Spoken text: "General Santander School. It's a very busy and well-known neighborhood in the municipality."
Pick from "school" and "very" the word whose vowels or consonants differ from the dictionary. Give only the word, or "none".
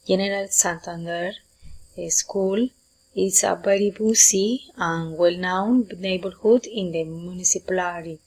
very